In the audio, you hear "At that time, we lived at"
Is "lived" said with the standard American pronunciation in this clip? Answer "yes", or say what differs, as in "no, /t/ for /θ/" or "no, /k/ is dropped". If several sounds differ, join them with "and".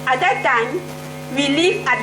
no, /d/ is dropped